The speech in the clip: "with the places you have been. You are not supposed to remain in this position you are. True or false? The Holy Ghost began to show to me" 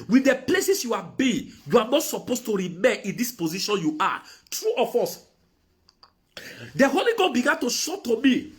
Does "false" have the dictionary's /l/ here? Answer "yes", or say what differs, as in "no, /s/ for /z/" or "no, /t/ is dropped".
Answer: no, /l/ is dropped